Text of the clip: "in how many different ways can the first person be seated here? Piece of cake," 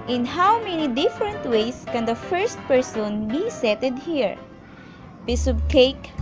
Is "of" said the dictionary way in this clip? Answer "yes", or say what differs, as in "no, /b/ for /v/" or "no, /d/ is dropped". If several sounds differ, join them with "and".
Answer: no, /b/ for /v/